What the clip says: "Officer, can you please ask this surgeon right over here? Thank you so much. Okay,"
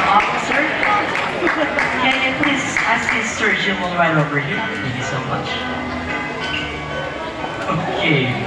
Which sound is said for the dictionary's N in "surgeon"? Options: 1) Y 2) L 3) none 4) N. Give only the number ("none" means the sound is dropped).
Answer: 2